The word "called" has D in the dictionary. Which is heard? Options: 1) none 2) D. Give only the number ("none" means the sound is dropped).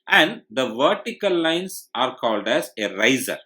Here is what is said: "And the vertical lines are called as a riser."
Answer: 2